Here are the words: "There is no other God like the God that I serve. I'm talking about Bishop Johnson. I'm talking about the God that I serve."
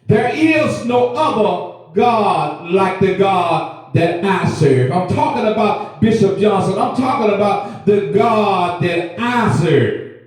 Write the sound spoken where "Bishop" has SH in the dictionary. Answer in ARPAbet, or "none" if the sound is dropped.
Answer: SH